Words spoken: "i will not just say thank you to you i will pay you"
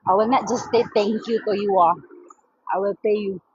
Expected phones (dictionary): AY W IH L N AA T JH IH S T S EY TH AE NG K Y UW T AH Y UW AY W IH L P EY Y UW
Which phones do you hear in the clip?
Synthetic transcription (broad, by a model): AY W IH L N AA T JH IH S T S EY T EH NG K Y UW T AH Y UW AY W IH L P EY Y UW